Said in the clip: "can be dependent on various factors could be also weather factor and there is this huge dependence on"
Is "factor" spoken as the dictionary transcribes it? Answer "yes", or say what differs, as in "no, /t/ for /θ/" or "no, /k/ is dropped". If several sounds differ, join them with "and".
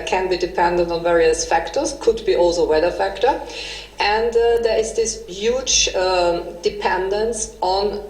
yes